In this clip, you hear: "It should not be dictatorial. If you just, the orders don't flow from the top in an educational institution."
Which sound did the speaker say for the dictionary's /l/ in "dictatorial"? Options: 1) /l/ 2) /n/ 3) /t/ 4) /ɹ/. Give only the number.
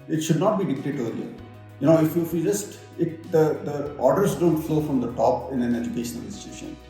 2